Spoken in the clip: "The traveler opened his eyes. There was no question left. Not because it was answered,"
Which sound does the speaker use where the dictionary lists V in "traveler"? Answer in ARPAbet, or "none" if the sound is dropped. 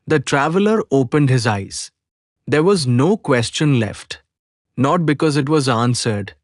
V